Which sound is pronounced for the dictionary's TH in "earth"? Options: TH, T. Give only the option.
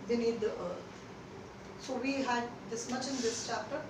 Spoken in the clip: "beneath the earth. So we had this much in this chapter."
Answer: T